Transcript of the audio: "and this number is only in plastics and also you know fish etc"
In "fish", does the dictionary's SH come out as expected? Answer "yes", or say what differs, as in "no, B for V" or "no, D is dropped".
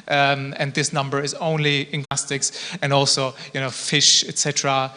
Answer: yes